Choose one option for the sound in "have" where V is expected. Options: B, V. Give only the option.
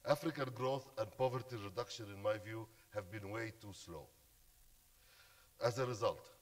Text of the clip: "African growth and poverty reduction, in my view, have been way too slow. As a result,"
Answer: V